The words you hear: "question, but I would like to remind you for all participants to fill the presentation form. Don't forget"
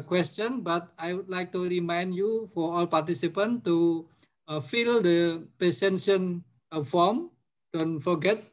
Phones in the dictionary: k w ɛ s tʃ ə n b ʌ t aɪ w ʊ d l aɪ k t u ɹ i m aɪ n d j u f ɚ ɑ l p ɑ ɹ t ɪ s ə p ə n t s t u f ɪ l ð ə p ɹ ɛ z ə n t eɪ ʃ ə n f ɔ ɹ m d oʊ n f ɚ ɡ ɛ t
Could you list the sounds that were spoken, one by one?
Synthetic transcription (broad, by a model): k w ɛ s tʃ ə n b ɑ t aɪ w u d l aɪ k t u ɹ i m aɪ n d j u f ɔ ɑ l p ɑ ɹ t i s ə p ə n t t u f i l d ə p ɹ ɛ s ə n s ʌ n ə f ɔ m d oʊ n f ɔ ɡ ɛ t